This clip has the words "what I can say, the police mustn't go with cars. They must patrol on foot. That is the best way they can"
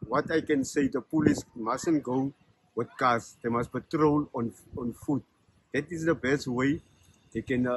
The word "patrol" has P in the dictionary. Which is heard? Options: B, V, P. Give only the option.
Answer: B